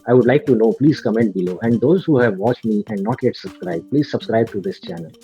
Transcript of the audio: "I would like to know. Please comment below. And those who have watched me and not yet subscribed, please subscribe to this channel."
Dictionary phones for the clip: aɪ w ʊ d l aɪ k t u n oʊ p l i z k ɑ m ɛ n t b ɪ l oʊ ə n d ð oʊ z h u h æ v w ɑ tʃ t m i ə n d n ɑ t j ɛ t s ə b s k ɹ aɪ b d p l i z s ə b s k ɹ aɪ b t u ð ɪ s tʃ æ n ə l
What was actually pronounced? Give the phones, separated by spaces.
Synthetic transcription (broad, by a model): aɪ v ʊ d l aɪ k t u n oʊ p l i z k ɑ m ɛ n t b ɪ l oʊ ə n d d oʊ z h u h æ v ɑ tʃ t m i ə n d n ɑ t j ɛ t s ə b s k ɹ aɪ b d p l i z s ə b s k ɹ aɪ b t u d ɪ s tʃ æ n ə l